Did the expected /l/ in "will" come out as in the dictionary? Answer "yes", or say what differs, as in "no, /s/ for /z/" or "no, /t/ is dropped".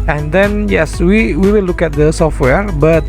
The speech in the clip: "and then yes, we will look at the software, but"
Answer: no, /w/ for /l/